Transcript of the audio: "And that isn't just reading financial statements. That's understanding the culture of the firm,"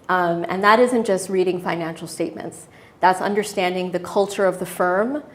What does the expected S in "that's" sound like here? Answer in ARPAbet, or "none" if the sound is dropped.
S